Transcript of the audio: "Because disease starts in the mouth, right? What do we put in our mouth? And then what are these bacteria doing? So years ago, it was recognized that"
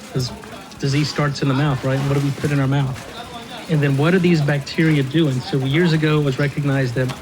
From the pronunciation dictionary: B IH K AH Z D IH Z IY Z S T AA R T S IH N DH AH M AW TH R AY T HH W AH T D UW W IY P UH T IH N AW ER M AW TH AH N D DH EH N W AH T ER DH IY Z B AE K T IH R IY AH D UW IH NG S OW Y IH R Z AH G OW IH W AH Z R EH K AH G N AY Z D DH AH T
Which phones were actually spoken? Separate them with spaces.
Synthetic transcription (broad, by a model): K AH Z D IH Z IY Z S T AA R T S IH N DH AH M AW TH R AY T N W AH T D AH W IY P UH T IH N AW ER M AW TH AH N DH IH N W AH T ER DH IY Z B AE K T IH R IY AH D UW IH NG S OW Y IH R Z AH G OW IH W AH Z R EH K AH G N AY Z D DH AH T